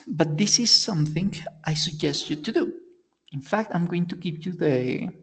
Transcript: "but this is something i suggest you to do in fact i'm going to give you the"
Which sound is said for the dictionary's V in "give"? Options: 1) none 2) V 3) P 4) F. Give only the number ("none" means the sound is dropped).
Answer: 3